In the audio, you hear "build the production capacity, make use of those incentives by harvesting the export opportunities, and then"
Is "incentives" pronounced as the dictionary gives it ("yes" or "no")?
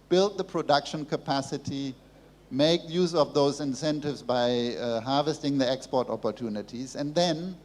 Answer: yes